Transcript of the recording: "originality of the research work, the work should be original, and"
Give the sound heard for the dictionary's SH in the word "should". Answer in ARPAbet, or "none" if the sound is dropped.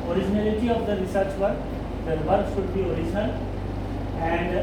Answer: S